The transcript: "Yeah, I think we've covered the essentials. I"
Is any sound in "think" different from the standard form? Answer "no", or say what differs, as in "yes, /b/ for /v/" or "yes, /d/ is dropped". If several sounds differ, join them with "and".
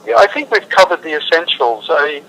no